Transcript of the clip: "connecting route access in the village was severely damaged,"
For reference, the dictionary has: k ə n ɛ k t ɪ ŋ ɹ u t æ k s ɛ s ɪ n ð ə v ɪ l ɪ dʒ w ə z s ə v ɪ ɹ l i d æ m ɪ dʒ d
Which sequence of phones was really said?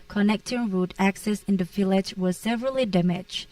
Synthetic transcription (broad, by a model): k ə n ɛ k t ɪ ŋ ɹ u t æ k s ɛ s ɪ n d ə f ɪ l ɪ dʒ w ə s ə v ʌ ɹ l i d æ m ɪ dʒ